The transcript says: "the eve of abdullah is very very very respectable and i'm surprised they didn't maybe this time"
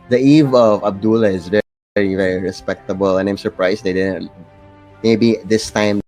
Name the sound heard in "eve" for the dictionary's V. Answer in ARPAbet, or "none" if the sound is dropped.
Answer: V